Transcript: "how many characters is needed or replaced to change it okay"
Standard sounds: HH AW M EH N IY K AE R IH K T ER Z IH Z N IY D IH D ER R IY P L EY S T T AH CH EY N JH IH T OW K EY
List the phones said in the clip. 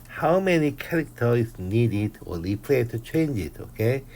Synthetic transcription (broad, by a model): HH AW M EH N IY K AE R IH K T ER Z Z N IY D IH D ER L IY P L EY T T AH CH EY N JH IH T OW K EY